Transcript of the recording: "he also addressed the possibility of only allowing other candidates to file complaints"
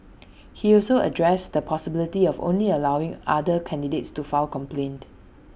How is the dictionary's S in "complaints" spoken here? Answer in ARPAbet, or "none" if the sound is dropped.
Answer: none